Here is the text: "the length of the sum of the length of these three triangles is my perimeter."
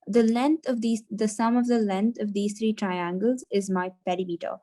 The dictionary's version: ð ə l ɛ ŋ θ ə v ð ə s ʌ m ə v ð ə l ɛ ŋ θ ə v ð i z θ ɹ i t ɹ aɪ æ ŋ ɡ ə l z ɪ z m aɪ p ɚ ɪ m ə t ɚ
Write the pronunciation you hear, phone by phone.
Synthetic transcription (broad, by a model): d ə l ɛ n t ə v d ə s ʌ m ə v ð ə l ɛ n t ə v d i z t ɹ i t ɹ aɪ æ ŋ ɡ ə l z ɪ z m aɪ p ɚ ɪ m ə t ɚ